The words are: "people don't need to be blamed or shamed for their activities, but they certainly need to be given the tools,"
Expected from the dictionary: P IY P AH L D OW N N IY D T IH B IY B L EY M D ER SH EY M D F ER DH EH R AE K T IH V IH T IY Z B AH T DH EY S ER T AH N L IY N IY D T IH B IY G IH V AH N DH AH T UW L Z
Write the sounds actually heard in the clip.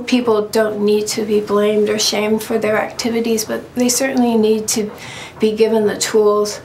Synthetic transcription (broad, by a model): P IY P L D OW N N IY D T IH B IY B L EY M D ER SH EY M D F ER DH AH R AE K T IH V IH T IY Z B AH T DH EY S ER T N L IY N IY D T IH B IY G IH V AH N DH AH T UW L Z